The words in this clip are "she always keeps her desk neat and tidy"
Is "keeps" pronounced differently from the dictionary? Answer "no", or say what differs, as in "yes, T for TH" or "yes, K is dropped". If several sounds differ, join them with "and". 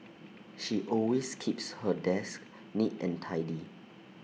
no